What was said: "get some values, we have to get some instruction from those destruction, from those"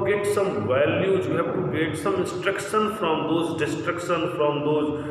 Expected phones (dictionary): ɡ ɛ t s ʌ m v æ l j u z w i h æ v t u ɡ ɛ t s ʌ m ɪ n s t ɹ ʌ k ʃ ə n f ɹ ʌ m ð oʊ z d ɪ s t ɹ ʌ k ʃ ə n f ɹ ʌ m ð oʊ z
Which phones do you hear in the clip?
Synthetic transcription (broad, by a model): ɡ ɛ t s ʌ m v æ l j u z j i h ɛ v t u ɡ ɛ t s ʌ m ɪ n s t ɹ ʌ k ʃ ə n f ɹ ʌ m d oʊ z d ɪ s t ɹ ʌ k ʃ ə n f ɹ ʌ m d oʊ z